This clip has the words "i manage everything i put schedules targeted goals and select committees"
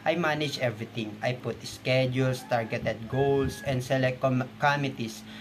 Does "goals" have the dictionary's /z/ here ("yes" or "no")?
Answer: no